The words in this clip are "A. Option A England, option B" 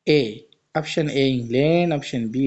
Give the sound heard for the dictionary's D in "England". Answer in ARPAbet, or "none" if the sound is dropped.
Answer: none